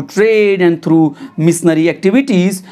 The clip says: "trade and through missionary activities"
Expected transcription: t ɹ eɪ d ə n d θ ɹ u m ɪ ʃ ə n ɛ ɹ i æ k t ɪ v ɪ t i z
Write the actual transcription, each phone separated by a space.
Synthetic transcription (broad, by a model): t ɹ eɪ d ə n d t ɹ u m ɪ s n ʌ ɹ i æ k t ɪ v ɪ t i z